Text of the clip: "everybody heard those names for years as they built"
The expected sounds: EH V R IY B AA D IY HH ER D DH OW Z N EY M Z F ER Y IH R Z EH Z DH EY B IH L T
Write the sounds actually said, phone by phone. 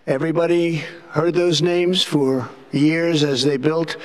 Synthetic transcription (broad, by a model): EH V R IY B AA D IY HH ER D DH OW Z N EY M Z F ER Y IH R Z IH Z DH EY B IH L T